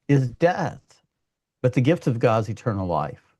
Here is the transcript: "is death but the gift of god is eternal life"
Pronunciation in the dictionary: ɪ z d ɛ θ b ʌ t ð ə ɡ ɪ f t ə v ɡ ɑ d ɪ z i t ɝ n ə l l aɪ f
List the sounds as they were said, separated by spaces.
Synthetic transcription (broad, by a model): ɪ z d ɛ θ b ʌ t ð ə ɡ ɪ f t ə v ɡ ɑ d z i t ɝ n l l aɪ f